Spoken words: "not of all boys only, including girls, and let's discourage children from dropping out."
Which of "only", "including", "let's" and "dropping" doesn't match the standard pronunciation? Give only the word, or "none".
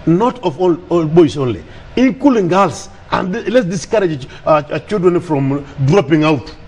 including